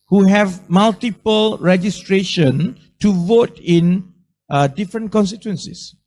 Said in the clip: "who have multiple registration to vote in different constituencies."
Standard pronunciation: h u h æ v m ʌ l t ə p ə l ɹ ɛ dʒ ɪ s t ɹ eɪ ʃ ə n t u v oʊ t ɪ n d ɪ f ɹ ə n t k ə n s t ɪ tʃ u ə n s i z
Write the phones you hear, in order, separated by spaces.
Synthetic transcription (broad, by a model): h u h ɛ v m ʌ l t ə p ə l ɹ ɛ dʒ ɪ s t ɹ eɪ ʃ ə n t u v oʊ t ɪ n d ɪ f ɹ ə n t k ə n s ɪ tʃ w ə n s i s